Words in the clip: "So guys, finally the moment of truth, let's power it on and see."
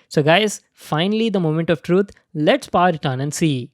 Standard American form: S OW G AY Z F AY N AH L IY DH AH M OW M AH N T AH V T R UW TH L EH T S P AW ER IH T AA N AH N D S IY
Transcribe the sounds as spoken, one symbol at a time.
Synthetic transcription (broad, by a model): S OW G AY Z F AY N AH L IY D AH M OW M AH N T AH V T R UW T L EH T S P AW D IH T AA N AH N S IY